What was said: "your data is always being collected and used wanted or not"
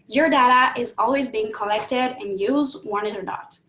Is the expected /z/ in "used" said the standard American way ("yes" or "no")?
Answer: yes